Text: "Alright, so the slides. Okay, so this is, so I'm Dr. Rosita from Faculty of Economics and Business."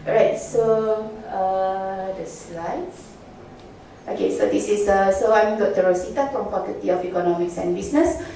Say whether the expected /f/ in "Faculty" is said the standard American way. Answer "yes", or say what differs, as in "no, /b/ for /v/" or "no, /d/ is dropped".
no, /p/ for /f/